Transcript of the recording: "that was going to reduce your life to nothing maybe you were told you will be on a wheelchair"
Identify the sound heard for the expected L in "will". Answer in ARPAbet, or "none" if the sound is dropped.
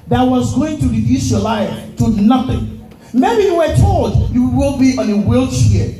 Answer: W